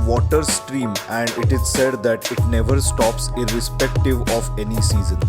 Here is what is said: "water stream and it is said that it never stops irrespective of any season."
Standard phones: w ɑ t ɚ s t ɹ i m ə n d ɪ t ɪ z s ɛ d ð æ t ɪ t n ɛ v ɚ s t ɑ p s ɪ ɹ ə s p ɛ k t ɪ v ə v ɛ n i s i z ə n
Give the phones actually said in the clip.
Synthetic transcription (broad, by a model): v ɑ t ɚ s t ɹ i m ə n d ɪ t ɪ z s ɛ d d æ t ɪ t n ɛ v ɚ s t ɑ p s ɪ ɹ ə s p ɛ k t ɪ v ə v ɛ n i s i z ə n